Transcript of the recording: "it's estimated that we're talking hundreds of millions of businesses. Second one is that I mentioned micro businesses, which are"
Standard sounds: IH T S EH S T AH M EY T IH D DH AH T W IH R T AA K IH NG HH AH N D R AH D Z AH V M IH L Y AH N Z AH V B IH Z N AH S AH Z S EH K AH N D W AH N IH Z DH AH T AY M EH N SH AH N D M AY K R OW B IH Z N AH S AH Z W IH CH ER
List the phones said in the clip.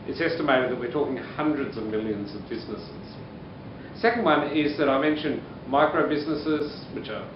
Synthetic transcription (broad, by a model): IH T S EH S T AH M EY T IH D DH AH T W IH R T AA K IH NG HH AH N D R AH D Z AH V M IH L Y AH N Z AH V B IH Z N AH S AH Z S EH K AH N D W AH N IH Z DH AH T AY M EH N SH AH N M AY K R OW B IH Z N AH S AH Z W IH CH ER